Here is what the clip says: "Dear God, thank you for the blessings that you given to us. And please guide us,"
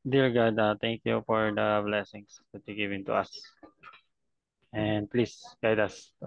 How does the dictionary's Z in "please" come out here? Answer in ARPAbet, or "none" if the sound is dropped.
S